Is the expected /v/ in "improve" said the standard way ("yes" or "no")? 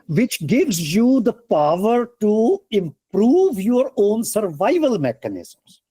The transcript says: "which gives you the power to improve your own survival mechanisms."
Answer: yes